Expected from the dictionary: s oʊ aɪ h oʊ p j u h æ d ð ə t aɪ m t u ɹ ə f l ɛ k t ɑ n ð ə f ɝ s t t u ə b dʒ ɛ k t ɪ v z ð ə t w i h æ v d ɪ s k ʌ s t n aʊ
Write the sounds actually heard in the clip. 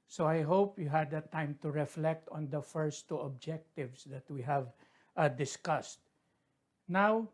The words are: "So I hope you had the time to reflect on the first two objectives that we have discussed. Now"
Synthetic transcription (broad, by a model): s oʊ aɪ h oʊ p j u h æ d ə t aɪ m t u ɹ ə f l ɛ k t ɑ n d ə f ɝ s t t u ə b dʒ ɛ k t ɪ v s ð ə t w i h æ v d ɪ s k ʌ s t n aʊ